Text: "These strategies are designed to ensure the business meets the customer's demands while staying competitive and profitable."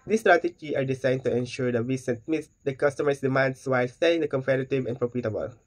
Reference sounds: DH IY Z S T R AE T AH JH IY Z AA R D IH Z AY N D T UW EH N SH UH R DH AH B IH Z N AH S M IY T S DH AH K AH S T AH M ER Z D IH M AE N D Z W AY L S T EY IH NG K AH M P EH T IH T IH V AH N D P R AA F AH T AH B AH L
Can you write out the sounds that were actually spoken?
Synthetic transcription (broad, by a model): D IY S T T R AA T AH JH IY AA R D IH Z AY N T UW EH N SH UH R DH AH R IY S N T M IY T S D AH K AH S T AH M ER S D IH M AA N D S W AY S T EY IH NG K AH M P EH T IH T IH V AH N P R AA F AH T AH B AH L